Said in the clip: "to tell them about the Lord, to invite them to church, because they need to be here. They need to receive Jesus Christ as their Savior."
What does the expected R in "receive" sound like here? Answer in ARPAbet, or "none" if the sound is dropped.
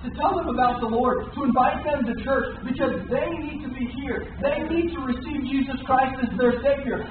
R